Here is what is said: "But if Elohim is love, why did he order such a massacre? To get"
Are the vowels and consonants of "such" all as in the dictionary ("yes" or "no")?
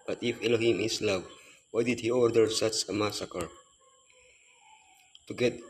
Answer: no